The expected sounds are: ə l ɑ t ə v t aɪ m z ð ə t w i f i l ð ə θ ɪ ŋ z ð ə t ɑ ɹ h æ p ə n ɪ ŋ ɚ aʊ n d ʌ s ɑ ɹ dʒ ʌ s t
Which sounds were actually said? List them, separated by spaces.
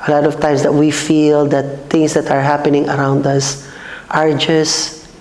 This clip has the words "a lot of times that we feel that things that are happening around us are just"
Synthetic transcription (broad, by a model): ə l ɑ t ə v t aɪ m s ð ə t w i f i l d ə t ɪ ŋ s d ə t ɑ ɹ h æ p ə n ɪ ŋ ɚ aʊ n d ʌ s ɑ ɹ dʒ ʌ s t